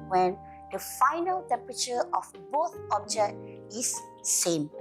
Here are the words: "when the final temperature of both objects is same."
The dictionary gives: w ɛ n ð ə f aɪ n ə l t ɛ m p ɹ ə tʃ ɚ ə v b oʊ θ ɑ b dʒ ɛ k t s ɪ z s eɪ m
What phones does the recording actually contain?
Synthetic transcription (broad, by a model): w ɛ n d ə f aɪ n ə l t ɛ m p ɹ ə tʃ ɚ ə f b oʊ θ ɑ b dʒ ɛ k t ɪ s s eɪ m